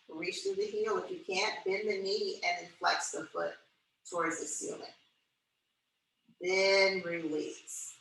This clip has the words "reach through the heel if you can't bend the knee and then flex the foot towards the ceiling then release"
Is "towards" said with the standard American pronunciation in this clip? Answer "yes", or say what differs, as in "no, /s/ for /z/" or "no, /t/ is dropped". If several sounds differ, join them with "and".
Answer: yes